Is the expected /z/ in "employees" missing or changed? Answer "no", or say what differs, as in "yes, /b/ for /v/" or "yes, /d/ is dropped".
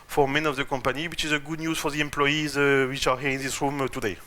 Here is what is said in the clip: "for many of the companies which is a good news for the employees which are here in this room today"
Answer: no